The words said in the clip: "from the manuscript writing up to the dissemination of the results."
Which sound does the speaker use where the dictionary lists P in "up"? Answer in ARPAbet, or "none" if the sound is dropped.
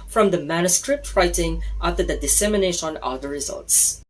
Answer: F